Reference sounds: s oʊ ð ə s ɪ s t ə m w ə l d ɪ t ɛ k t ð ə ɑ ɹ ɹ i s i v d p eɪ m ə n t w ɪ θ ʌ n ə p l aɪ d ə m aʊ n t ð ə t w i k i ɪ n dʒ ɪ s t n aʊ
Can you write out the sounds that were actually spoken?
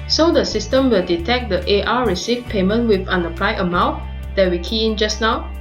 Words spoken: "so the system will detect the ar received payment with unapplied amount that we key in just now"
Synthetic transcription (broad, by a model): s oʊ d ə s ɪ s t ə m w ə l d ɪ t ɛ k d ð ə ɑ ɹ ɹ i s i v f p eɪ m ə n t w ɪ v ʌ n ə p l aɪ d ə m aʊ t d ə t w i k i ɪ n dʒ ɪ s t n aʊ